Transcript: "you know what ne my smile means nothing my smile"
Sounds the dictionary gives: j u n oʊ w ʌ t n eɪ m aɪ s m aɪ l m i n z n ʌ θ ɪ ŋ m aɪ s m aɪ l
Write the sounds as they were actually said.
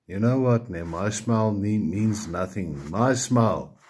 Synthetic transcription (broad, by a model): j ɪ n oʊ w ʌ t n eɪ m aɪ s m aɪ l m i n z n ʌ θ ɪ ŋ m aɪ s m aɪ l